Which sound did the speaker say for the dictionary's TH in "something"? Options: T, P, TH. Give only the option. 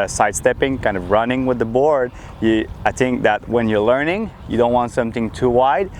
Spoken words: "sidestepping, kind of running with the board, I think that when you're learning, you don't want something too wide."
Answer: TH